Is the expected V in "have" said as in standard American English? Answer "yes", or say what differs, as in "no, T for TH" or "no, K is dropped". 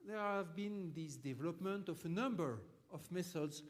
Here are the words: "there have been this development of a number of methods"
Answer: yes